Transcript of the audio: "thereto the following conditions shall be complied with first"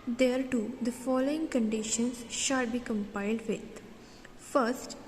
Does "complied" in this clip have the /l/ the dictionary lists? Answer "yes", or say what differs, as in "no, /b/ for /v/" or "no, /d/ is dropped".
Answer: no, /l/ is dropped